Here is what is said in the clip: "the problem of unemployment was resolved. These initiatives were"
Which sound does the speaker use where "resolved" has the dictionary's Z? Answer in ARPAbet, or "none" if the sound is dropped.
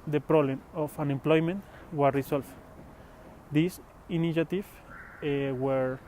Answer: S